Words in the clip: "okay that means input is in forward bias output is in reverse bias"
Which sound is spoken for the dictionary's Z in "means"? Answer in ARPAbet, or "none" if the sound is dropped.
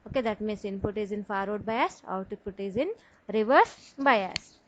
S